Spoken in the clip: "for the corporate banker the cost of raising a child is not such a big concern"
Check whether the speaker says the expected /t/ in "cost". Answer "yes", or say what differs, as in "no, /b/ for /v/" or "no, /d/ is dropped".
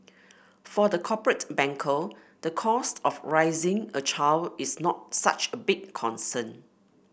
yes